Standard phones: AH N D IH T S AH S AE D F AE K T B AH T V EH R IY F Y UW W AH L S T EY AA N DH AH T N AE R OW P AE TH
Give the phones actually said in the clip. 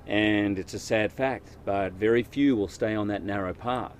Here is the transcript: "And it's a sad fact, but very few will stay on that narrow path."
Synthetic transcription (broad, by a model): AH N IH T S AH S AE D F AE K T B AH T V EH R IY F Y UW W AH L S T EY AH N DH AH T N AE R OW P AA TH